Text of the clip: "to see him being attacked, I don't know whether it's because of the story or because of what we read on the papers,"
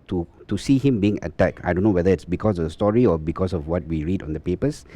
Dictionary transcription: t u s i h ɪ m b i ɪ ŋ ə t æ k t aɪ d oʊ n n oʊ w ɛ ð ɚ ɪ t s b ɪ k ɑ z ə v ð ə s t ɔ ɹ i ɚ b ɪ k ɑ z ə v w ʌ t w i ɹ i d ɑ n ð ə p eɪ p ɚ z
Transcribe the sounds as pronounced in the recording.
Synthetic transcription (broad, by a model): t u s i h ɪ m b i ɪ ŋ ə t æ k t aɪ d oʊ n n oʊ w ɛ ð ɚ ɪ t s b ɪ k ɑ s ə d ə s t ɔ ɹ i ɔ b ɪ k ɑ s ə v w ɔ t w i ɹ i d ɑ n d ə p eɪ p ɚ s